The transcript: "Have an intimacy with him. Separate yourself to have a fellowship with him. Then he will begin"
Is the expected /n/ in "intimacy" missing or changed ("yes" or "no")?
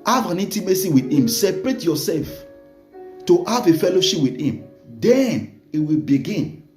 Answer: yes